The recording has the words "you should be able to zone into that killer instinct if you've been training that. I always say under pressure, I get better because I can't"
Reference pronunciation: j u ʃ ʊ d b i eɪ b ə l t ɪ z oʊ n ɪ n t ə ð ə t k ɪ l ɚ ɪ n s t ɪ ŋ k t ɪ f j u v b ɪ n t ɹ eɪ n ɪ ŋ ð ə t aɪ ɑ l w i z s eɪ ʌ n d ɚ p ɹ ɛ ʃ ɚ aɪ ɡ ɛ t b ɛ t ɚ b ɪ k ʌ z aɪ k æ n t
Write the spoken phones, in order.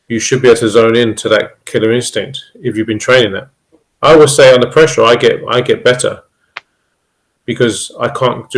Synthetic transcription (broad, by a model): j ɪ ʃ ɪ d b i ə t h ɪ z oʊ n ɪ n t ə ð ə t k ɪ l ɚ ɪ n s t ɪ ŋ k t ɪ f j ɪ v b ɪ n t ɹ eɪ n ɪ ŋ ð ə t aɪ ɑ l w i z s eɪ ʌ n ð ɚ p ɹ ɛ ʃ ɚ aɪ ɡ ɛ t b ɛ t ɚ b ɪ k ʌ z aɪ k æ n